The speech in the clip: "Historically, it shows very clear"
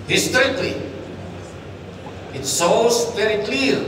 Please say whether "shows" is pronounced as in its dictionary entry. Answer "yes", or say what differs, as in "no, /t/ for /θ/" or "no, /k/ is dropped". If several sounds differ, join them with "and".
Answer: no, /s/ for /ʃ/